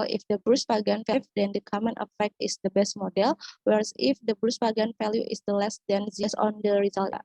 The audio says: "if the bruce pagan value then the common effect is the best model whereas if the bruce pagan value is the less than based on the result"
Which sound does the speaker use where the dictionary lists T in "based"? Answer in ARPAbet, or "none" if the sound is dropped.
none